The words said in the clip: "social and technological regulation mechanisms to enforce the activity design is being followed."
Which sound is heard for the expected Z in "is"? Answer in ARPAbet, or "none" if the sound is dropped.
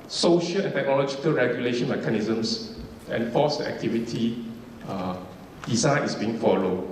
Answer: S